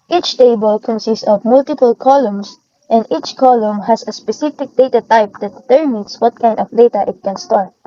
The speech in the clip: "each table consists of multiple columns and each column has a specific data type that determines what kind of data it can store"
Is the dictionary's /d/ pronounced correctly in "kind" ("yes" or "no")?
yes